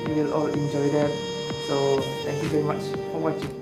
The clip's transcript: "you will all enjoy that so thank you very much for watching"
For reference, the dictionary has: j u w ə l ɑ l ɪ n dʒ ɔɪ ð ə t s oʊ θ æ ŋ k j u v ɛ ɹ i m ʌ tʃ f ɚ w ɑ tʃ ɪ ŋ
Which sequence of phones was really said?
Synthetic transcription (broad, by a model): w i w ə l ɑ l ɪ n dʒ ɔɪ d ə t s oʊ t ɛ ŋ k j u v ɛ ɹ i m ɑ tʃ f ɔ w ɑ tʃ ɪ